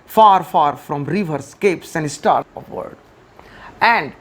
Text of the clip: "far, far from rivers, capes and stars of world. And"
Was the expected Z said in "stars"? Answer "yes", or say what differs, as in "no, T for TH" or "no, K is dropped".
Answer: no, Z is dropped